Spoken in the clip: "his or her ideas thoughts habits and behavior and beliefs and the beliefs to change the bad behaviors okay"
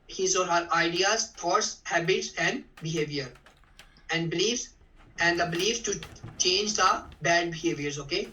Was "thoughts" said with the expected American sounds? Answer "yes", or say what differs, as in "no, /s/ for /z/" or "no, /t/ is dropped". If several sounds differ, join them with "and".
no, /t/ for /θ/